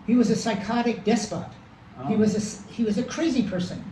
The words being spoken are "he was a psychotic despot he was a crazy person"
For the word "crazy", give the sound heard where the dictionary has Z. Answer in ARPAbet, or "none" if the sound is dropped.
Z